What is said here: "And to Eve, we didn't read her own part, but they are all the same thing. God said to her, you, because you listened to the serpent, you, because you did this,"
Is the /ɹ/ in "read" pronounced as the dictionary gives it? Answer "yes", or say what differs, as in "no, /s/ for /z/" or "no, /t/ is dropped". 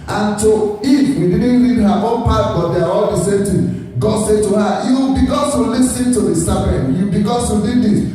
no, /l/ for /ɹ/